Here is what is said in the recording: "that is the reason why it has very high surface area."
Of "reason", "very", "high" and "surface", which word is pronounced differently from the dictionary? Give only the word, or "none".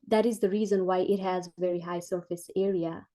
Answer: none